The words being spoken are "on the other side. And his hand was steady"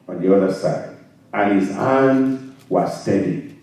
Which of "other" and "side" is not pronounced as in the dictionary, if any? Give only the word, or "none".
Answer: none